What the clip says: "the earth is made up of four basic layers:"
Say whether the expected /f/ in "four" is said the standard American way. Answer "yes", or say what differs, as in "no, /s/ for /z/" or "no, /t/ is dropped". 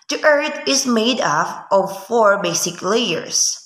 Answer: yes